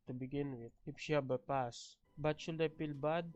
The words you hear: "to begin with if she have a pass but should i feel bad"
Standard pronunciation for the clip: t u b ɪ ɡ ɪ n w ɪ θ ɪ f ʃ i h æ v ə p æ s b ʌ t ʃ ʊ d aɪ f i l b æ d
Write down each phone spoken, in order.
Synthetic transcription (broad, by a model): t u b ɪ ɡ ɪ n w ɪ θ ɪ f ʃ i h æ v ə p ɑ s b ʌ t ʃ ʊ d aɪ p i l b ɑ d